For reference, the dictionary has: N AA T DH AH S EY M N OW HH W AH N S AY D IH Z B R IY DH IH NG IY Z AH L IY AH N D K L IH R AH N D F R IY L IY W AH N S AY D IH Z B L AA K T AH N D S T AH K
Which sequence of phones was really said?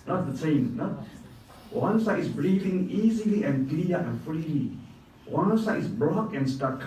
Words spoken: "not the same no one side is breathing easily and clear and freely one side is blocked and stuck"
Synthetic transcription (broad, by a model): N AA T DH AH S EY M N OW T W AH N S AY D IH S B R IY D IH NG IY Z AH L IY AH N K L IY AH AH N F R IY L IY W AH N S AY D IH S B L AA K AH N S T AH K